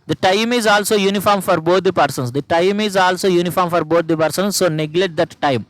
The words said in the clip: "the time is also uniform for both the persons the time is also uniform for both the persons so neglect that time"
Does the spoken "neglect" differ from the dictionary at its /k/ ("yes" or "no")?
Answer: yes